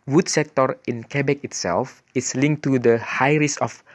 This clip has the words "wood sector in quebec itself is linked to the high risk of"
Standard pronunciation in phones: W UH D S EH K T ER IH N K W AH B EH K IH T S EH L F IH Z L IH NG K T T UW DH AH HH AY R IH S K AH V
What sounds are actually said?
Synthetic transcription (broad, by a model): W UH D S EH K T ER IH N K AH B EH K IH T S EH L F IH S L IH NG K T T UW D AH HH AY R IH S AH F